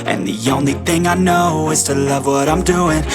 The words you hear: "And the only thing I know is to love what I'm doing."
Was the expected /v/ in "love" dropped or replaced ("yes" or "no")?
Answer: no